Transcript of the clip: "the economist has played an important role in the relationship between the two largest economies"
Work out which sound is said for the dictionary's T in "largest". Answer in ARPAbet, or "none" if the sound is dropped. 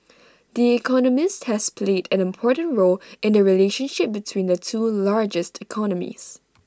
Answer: T